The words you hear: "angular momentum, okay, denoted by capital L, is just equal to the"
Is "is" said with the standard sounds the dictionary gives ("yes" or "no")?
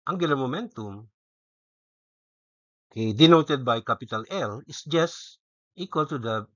no